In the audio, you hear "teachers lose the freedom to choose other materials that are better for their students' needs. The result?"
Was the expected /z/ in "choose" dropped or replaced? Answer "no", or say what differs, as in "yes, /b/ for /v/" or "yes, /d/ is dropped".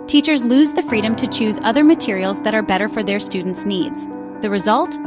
no